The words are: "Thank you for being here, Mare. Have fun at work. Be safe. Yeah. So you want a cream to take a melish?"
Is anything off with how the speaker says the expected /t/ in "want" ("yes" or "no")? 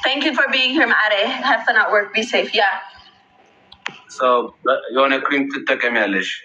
yes